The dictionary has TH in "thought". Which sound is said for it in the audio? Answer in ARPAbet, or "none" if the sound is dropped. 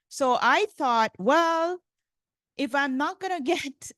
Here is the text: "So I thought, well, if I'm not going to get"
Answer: TH